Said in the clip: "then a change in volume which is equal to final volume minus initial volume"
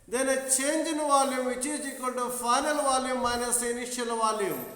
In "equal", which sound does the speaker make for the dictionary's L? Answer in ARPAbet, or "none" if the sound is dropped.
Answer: N